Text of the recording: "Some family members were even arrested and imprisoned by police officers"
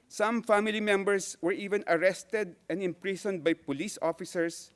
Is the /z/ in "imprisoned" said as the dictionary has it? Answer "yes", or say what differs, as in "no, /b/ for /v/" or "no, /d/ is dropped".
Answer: no, /s/ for /z/